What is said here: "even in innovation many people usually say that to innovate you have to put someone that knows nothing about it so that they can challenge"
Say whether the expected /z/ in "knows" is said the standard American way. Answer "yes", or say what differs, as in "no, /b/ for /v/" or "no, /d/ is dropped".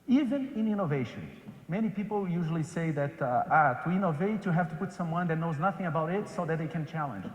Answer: yes